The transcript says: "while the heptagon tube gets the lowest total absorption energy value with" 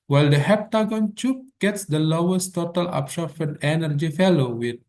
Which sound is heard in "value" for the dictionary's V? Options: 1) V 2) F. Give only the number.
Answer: 2